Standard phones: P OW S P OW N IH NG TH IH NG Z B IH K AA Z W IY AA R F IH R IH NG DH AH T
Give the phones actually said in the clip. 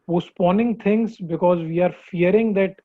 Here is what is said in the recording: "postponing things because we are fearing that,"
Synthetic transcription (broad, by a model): P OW S P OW N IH NG T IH NG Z B IH K AA Z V IY AA R F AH R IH NG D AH T